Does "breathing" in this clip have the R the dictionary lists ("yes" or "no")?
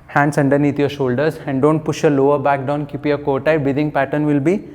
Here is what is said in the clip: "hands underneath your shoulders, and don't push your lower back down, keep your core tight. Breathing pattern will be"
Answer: no